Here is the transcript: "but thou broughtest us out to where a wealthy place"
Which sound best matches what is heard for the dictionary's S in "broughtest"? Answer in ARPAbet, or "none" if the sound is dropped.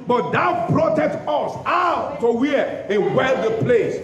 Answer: none